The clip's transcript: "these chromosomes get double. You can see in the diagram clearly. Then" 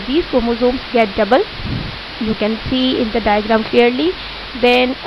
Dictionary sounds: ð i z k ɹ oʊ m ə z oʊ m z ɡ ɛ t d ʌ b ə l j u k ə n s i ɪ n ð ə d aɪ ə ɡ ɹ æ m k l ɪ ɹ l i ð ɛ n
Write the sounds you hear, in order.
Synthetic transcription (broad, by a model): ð i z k oʊ m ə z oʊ m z ɡ ɛ t d ʌ b ə l j u k ə n s i ɪ n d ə d aɪ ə ɡ ɹ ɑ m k l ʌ ɹ l i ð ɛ n